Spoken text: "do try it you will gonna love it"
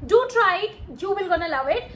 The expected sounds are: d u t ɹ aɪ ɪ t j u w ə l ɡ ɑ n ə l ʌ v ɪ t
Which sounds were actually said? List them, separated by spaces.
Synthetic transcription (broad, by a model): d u t ɹ aɪ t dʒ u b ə l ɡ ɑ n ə l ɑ w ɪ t